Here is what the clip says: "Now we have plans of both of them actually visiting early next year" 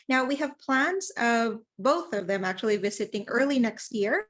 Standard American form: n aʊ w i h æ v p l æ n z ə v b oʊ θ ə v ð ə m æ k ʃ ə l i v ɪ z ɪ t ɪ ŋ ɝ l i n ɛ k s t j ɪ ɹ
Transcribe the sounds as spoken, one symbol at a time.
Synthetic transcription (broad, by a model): n aʊ w i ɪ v p l æ n z ə v b oʊ θ ə v ð ə m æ k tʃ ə l i v ɪ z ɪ t ɪ ŋ ɝ l i n ɛ k s t j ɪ ɹ